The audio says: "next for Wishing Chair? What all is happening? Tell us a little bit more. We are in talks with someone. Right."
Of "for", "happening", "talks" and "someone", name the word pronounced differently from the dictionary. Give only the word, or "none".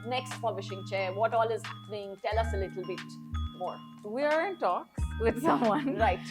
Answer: for